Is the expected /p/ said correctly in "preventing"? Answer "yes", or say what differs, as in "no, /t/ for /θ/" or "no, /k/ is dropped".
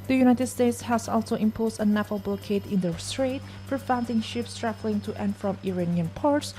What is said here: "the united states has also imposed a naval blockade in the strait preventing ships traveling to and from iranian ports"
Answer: no, /f/ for /p/